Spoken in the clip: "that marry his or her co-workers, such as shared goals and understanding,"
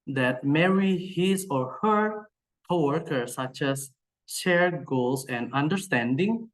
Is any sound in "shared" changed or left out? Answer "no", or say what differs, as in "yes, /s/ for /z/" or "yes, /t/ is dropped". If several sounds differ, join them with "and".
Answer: no